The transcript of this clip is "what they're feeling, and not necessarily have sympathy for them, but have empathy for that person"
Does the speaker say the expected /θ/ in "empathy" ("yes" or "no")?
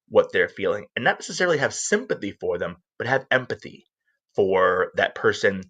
yes